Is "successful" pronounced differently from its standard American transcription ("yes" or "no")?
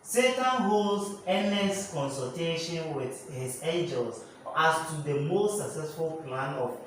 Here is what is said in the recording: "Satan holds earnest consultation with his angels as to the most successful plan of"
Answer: no